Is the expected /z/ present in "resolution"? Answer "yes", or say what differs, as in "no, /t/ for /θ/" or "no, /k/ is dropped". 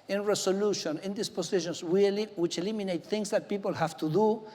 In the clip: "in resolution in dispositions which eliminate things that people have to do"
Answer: no, /s/ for /z/